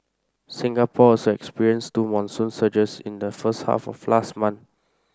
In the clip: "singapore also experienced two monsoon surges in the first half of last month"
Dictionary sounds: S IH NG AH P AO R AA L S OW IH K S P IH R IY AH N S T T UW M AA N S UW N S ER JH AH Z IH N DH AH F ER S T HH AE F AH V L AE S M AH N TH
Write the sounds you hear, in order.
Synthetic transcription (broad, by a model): S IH NG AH P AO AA S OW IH K S P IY R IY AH N S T T UW M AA N S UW N S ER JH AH S IH N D AH F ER S T HH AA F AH F L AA S M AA N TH